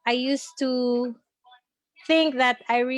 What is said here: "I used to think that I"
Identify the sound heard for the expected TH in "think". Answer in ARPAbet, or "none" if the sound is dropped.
TH